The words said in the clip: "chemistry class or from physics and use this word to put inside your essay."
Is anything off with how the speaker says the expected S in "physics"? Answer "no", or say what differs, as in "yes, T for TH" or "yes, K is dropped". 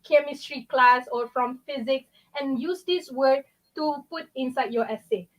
no